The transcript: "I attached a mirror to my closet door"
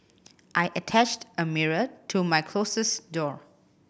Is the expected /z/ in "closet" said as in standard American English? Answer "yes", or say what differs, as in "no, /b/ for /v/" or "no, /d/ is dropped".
no, /s/ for /z/